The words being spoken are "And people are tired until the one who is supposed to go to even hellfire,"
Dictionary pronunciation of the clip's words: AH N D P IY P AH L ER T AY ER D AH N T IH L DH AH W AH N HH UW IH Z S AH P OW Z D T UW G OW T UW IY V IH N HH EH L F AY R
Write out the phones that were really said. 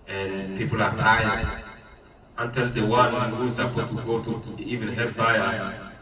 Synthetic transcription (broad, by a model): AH N P IY P AH L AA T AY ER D AH N T IH L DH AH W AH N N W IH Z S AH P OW T UW G OW T UW IY V IH N HH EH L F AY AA